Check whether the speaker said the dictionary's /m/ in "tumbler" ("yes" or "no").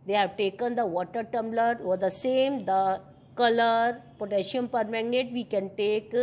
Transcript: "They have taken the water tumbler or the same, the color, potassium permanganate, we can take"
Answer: yes